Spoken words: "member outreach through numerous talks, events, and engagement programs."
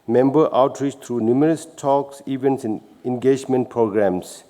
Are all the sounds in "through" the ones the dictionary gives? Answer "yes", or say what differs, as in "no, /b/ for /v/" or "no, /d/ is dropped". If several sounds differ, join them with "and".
no, /t/ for /θ/